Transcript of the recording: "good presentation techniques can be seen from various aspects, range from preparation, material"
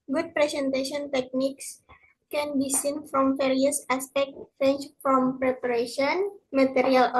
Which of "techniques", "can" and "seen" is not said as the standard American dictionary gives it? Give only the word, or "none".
none